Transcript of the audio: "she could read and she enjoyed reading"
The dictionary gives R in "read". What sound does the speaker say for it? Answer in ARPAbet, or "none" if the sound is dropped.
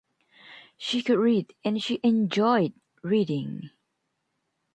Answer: R